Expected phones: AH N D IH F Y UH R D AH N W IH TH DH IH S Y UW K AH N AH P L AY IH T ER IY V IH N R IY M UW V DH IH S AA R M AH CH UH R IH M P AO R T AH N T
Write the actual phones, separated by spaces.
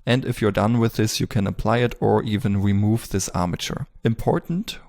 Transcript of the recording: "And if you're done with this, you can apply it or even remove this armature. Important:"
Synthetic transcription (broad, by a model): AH N D IH F Y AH R D AH N W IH DH IH S Y UW K AH N AH P L AY IH T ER IY V IH N R IY M UW V DH IH S AA R M AH CH UH R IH M P AO R T N T